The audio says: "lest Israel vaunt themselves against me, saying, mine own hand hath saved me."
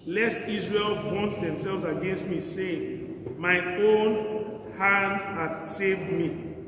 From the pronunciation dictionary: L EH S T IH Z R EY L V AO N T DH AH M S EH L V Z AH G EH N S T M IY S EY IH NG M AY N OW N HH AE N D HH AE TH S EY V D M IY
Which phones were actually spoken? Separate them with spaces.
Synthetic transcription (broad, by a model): L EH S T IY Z R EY L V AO N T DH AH M S EH L V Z AH G EH N S T M IY S EY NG M AY OW N HH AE N D HH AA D S EY V D M IY